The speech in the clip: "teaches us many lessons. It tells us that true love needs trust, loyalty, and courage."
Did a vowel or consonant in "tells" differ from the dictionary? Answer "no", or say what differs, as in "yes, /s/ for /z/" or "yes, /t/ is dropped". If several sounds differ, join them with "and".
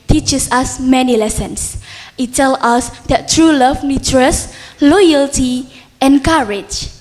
yes, /z/ is dropped